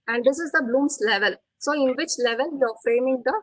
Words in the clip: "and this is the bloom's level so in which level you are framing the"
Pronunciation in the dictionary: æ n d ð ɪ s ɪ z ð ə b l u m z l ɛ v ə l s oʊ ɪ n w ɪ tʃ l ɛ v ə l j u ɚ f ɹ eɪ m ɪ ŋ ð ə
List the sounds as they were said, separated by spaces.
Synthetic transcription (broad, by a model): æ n d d ɪ s ɪ z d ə b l u m s l ɛ v ə l s oʊ ɪ n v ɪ tʃ l ɛ v ə l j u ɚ f ɹ eɪ m ɪ ŋ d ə